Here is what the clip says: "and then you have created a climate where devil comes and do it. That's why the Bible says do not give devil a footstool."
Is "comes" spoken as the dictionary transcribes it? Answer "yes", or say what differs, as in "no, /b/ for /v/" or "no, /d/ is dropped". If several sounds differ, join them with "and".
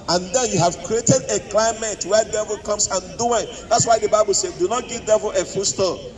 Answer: no, /s/ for /z/